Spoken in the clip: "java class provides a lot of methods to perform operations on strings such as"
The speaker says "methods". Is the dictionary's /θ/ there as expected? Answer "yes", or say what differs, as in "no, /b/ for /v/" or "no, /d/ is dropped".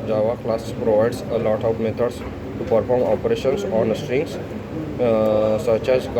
no, /t/ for /θ/